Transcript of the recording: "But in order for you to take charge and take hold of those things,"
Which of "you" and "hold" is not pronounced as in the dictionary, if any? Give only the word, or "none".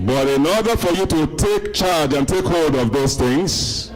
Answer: none